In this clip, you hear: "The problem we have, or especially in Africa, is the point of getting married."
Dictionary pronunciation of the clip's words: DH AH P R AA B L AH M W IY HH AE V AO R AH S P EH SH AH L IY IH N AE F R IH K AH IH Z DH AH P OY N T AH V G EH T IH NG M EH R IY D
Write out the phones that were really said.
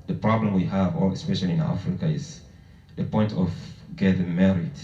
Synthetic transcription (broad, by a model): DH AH P R AA B L AH M W IY HH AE V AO L AH S P EH SH AH L IY IH N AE F R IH K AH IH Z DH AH P OY N T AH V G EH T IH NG M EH R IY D